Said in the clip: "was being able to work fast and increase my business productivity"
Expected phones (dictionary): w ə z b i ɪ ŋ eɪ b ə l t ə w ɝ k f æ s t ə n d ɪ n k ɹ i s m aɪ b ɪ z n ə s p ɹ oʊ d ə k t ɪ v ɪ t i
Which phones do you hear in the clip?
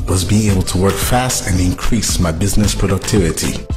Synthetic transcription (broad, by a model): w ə z b i ɪ ŋ eɪ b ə l t ə w ɝ k f æ s t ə n ɪ n k ɹ i s m aɪ b ɪ z n ə s p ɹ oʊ d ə k t ɪ v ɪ t i